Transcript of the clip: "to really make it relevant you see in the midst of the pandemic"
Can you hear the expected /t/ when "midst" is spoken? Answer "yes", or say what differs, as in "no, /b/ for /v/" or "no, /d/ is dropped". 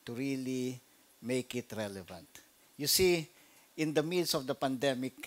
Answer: no, /t/ is dropped